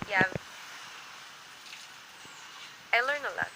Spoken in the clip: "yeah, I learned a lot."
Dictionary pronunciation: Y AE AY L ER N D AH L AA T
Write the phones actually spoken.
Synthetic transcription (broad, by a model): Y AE AY L ER N AH L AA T